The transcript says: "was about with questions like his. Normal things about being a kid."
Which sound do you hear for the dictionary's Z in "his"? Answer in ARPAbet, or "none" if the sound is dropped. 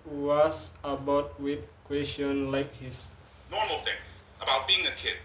S